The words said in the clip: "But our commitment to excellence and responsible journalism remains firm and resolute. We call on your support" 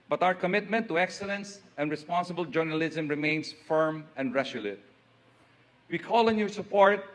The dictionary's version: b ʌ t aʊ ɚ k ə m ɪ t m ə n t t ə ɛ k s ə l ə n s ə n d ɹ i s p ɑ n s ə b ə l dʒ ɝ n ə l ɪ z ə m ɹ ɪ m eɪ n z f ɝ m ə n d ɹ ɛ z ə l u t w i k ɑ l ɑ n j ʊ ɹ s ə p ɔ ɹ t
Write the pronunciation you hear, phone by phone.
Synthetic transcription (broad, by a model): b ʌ t aʊ ɚ k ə m ɪ t m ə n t t ə ɛ k s ə l ə n s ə n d ɹ i s p ɑ n s ə b ə l dʒ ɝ n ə l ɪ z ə m ɹ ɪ m eɪ n s f ɝ m ə n d ɹ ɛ s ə l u t w i k ɑ l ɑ n j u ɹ s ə p ɔ ɹ t